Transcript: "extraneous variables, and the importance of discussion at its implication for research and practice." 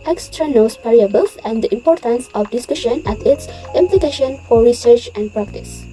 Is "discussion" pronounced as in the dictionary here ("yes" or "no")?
yes